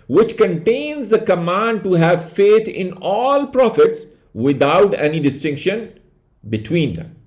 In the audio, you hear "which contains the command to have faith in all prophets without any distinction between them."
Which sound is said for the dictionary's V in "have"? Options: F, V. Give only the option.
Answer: V